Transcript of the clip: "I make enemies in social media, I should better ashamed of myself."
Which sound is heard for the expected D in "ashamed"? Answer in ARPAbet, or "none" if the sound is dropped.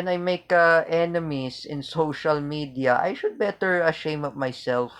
none